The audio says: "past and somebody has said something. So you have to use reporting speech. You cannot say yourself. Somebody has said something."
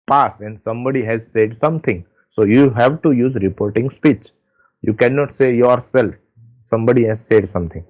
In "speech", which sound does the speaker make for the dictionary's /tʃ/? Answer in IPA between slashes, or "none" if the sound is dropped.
/tʃ/